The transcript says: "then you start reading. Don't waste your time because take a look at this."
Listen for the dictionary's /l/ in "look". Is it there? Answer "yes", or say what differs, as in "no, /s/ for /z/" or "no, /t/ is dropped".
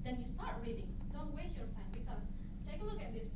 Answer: no, /n/ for /l/